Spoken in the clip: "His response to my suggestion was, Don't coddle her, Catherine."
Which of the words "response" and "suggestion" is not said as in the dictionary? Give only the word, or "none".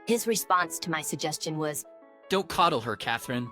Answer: none